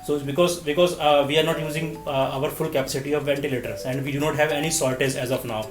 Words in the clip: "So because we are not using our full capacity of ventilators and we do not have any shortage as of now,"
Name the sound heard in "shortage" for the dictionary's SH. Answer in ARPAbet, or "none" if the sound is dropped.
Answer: S